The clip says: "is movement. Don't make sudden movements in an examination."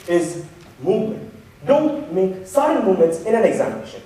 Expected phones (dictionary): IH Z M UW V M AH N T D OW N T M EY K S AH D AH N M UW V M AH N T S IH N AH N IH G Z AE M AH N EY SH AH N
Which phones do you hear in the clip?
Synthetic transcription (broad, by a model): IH Z M UW V M AH N T D OW N T M EY K S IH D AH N M UW V M AH N T S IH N AH N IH G Z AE M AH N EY SH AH N